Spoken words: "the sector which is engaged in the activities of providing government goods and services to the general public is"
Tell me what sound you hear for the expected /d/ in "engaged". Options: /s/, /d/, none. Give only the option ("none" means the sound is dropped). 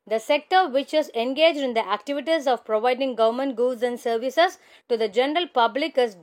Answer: /d/